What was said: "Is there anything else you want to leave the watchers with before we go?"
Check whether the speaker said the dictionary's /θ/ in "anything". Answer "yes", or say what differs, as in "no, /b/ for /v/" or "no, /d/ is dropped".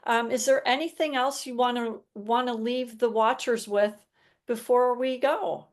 yes